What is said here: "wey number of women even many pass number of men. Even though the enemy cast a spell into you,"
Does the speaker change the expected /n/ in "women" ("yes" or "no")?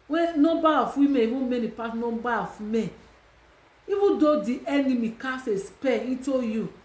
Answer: yes